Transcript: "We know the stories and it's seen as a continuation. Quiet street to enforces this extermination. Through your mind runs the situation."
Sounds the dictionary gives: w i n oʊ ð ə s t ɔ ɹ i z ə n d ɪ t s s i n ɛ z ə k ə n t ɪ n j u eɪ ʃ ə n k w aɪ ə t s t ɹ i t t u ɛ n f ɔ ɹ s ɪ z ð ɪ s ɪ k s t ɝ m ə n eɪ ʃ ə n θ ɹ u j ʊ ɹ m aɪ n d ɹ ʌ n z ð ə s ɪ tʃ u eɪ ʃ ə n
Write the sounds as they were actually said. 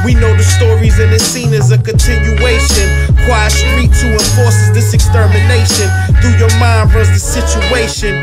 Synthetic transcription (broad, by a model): w i n oʊ ð ə s t ɔ ɹ i z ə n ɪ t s s i n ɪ z ə k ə n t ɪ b j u eɪ ʃ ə n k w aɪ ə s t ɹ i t t u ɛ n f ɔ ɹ s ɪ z ð ɪ s ɪ k s t ɝ m ə n eɪ ʃ ə n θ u j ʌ ɹ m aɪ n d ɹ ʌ z ð ə s ɪ tʃ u eɪ ʃ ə n